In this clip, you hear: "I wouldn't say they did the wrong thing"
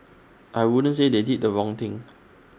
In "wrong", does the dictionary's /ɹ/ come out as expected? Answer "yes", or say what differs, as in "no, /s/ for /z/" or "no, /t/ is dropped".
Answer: yes